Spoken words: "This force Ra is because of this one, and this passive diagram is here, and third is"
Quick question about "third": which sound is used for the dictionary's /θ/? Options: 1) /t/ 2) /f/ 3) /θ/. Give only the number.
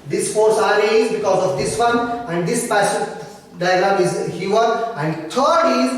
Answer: 1